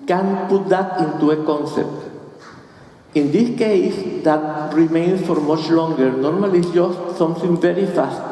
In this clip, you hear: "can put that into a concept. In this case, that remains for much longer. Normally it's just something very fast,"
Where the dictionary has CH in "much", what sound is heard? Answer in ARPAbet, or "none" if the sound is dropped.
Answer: CH